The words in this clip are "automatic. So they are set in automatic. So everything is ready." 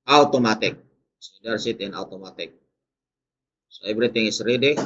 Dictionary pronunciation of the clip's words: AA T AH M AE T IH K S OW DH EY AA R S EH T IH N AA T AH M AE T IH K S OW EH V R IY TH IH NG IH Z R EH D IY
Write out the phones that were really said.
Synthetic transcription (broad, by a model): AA T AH M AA T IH K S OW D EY AA R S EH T IH N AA T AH M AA T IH K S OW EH B R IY T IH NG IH S R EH D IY